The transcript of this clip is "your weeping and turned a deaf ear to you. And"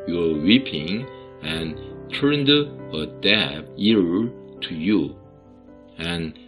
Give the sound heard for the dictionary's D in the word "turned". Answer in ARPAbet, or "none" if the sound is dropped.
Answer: D